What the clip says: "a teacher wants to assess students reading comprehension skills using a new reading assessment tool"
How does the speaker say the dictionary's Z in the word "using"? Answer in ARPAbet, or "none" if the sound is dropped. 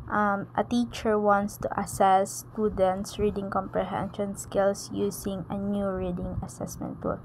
S